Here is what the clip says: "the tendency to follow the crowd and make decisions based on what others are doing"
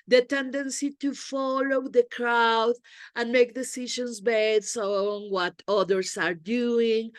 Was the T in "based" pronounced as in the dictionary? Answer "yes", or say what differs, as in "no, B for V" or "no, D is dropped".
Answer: no, T is dropped